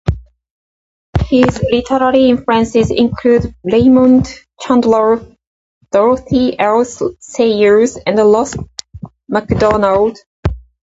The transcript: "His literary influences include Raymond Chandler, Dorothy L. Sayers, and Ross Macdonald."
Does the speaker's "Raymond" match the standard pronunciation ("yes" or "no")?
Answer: no